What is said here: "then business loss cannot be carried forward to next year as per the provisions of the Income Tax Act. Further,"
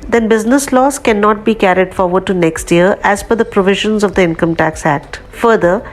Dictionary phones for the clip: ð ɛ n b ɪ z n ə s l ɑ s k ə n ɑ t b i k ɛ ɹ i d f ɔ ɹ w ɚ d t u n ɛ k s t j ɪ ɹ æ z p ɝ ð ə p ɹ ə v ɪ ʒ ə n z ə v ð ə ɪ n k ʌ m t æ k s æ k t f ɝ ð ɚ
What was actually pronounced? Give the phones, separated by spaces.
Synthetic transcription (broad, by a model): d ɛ n b ɪ z n ə s l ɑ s k ə n ɑ t b i k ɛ ɹ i d f ɔ ɹ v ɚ d t u n ɛ k s t j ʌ ɹ æ z f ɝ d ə p ɹ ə v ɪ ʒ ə n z ə v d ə ɪ n k ʌ m t æ k s æ k t f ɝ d ɚ